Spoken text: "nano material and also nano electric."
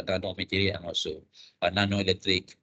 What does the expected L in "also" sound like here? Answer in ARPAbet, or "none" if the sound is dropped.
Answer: none